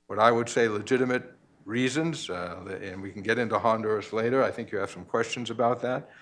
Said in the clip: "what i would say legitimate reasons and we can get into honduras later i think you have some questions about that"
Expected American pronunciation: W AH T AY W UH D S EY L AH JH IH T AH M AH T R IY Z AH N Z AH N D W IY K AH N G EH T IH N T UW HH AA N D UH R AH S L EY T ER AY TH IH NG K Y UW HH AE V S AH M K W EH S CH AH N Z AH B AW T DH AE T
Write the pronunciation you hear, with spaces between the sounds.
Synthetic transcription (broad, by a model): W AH T AY W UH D S EY L AH JH IH T AH M AH T R IY Z AH N Z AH N W IY K N G EH T IH N T UW HH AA N D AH R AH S L EY T ER AY TH IH NG K Y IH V S AH M K W EH S CH AH N Z AH B AW T DH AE T